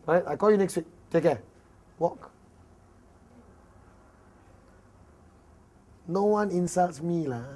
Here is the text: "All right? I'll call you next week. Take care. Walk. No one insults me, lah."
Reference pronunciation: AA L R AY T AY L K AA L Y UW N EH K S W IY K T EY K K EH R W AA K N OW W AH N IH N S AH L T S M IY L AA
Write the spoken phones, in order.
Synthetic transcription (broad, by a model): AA R AY T AY K AA L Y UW N EH K S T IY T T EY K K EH W AA K N OW W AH N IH N S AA L T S M IY L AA